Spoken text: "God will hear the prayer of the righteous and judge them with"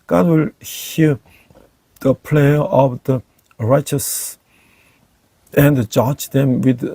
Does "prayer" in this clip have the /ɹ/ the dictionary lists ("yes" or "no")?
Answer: no